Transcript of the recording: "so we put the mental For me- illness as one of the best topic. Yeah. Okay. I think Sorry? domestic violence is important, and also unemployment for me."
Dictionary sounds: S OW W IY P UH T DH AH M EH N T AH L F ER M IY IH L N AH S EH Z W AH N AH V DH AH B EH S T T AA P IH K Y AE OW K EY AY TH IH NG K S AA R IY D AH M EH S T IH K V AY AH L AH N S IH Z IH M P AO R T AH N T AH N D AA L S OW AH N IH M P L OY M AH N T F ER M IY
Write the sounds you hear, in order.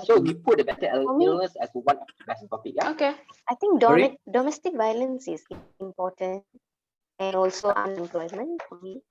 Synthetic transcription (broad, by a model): S OW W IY P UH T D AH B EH T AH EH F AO M IY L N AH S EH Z W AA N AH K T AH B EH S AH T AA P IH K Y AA OW K EY AY T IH NG K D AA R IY D AH M EH S T IH K V AY AH L AH N S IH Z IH M P AO T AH N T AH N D AA L S OW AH N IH M P L OY M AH N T F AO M IY